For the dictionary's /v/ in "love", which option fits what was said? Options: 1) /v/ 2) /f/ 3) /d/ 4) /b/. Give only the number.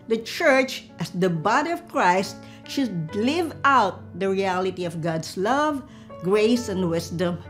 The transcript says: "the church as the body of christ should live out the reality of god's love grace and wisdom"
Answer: 1